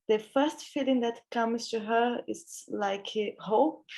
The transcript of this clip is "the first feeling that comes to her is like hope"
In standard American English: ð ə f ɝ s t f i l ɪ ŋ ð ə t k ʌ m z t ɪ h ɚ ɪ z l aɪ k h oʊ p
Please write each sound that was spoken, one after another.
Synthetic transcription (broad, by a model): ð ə f ɝ s t f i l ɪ ŋ ð ə t k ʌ m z t ɪ h ɚ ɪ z l aɪ k h oʊ p